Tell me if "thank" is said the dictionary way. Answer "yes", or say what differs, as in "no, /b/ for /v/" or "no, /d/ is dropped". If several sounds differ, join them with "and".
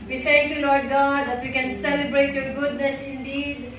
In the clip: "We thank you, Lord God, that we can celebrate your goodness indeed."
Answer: no, /t/ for /θ/